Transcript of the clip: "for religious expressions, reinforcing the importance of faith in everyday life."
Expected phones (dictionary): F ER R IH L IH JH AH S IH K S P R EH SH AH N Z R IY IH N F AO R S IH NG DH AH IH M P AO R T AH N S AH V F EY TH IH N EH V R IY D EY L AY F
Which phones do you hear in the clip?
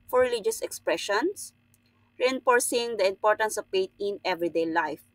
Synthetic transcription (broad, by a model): F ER R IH L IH JH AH S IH K S P R EH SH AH N S R IY IH N F AO R S IH NG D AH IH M P AO R T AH N S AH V P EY T IH N EH V R IY D EY L AY F